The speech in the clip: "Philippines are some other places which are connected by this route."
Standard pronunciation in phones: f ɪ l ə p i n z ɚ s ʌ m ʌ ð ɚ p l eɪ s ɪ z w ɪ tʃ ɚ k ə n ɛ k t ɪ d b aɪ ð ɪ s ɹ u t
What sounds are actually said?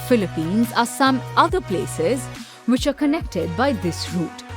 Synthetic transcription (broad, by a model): f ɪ l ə p i n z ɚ s ʌ m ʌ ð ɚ p l eɪ s ɪ z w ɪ tʃ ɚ k ə n ɛ k t ɪ d b aɪ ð ɪ s ɹ u t